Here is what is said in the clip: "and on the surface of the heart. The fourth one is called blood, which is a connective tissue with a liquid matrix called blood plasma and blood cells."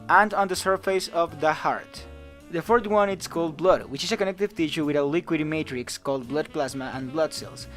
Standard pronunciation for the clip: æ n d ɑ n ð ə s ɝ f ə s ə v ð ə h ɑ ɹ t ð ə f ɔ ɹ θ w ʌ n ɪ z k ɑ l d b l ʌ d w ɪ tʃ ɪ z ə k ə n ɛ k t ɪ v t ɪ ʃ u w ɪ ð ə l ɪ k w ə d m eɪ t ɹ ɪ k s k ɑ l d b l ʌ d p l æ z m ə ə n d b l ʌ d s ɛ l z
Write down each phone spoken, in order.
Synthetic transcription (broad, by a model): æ n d ɑ n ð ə s ɝ f ə s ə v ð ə h ɑ ɹ t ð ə f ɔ ɹ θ w ʌ n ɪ s k ɑ l d b l ʌ d w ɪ tʃ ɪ s ə k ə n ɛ k t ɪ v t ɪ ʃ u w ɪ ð ə l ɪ k w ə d m eɪ t ɹ ɪ k s k ɑ l d b l ʌ d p l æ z m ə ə n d b l ʌ d s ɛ l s